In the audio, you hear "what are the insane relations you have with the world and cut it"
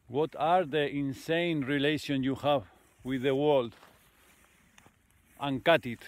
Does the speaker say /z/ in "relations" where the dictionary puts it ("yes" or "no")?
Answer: no